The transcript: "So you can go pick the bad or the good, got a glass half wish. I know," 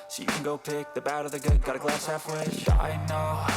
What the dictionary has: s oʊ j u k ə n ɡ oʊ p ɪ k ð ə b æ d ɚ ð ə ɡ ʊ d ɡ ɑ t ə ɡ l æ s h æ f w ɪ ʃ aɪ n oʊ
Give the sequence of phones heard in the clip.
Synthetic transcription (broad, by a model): s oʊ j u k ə n ɡ oʊ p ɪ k ð ə b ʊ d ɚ ð ə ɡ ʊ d ɡ ɑ t ə ɡ l æ s h æ f w ɪ aɪ n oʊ